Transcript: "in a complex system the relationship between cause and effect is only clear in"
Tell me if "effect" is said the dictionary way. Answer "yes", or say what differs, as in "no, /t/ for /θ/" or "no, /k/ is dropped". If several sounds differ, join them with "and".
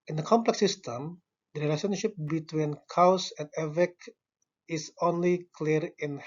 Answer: no, /t/ is dropped